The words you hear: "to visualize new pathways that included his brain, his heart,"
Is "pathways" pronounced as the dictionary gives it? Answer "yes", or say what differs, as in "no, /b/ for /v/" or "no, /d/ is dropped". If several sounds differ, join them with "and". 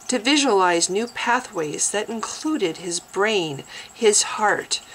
yes